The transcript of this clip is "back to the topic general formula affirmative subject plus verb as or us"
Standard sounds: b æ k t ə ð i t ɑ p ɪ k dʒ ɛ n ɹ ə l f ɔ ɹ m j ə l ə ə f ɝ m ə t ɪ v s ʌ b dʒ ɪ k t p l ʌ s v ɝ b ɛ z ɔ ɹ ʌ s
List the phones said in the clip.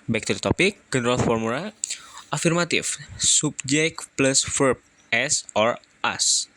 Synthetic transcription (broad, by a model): b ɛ k t ə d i t ɑ p ɪ k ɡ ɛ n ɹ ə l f ɔ ɹ m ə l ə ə f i m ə t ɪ f s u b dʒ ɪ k p l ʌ s f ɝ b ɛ s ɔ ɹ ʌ s